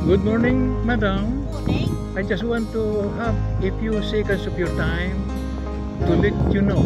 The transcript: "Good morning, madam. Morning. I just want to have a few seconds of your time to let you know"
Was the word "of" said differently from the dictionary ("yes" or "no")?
yes